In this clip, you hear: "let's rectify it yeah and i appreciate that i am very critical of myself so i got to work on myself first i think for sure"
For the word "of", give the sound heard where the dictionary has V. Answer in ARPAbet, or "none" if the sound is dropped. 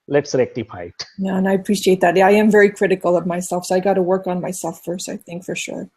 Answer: V